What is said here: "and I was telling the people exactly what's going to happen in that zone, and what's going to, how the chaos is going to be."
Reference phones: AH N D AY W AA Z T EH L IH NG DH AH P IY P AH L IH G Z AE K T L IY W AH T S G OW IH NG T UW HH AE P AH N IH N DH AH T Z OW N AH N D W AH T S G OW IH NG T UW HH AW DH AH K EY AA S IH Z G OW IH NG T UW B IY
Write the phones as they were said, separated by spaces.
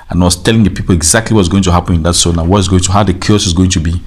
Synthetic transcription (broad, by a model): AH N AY W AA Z T EH L IH NG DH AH P IY P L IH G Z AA K T L IY W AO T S G OW IH NG T UW HH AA P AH N IH N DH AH T S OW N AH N W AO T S G OW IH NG T UW HH AW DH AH K EY AA S IH Z G OW IH NG T UW B IY